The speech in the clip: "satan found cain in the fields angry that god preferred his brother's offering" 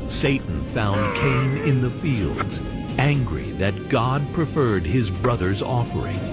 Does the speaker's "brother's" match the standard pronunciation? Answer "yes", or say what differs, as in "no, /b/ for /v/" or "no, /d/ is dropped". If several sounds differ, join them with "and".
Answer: yes